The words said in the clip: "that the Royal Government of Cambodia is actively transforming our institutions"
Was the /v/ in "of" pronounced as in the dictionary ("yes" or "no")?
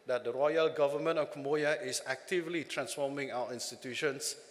no